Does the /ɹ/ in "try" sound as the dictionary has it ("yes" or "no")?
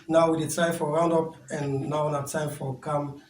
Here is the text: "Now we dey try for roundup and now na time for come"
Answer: no